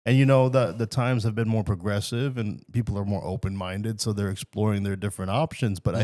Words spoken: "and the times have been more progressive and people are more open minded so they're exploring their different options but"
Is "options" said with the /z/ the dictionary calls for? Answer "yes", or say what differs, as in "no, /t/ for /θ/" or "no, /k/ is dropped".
yes